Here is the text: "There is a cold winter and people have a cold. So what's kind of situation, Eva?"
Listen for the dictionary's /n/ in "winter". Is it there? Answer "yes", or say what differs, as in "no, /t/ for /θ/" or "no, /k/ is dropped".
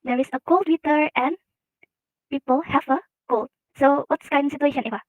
no, /n/ is dropped